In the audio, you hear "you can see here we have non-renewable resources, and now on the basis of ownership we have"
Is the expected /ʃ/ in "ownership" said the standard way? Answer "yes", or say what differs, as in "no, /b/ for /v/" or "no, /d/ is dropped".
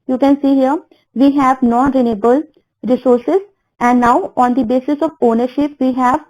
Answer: yes